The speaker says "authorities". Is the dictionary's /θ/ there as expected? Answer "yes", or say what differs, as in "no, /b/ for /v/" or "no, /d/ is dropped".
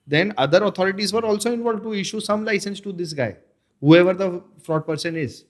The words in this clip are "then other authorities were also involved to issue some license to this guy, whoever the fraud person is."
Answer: no, /t/ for /θ/